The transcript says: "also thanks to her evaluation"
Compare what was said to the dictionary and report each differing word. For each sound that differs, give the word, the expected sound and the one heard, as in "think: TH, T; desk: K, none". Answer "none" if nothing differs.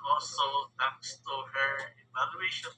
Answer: thanks: TH, T